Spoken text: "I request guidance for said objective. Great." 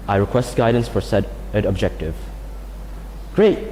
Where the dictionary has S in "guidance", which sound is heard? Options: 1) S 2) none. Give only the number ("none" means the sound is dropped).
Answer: 1